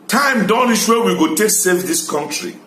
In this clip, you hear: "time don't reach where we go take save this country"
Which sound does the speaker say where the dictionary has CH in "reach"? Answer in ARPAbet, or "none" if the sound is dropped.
SH